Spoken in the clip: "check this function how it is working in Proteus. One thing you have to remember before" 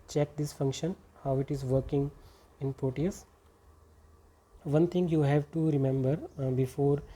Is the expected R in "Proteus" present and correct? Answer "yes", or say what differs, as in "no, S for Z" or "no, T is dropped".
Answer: no, R is dropped